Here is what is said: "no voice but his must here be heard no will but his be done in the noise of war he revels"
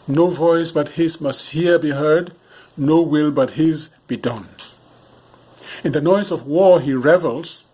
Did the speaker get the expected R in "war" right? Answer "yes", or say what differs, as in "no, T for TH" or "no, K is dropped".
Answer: yes